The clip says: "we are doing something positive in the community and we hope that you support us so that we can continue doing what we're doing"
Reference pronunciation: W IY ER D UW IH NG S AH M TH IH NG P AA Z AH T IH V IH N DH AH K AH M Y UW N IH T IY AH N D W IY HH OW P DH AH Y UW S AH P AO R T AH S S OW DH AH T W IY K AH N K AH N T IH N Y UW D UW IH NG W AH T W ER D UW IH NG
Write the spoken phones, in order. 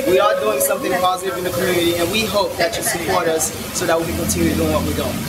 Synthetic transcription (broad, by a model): W IY ER D UW IH NG S AH M TH IH NG P AA Z AH T IH V IH N DH AH K AH M Y UW N IH T IY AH N W IY HH OW P DH AH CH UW S AH P AO R T AH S S OW DH AH T W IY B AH K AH N T IH N Y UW D UW IH NG W AH T W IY D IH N